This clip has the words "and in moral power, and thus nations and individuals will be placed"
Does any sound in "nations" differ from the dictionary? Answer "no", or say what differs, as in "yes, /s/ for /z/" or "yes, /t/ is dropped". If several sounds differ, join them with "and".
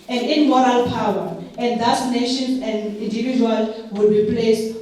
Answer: yes, /z/ is dropped